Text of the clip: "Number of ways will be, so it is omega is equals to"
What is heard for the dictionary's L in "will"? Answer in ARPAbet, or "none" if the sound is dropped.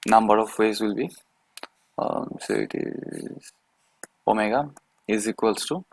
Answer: L